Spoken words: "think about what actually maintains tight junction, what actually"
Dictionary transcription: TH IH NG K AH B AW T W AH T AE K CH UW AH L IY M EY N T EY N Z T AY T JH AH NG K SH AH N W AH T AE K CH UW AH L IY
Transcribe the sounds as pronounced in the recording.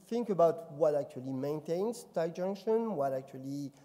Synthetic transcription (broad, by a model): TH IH NG K AH B AW T W AH T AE K CH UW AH L IY M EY N T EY N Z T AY JH AH NG K SH AH N W AH T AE K CH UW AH L IY